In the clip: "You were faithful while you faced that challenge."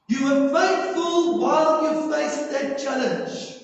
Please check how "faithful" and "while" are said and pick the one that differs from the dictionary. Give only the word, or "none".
faithful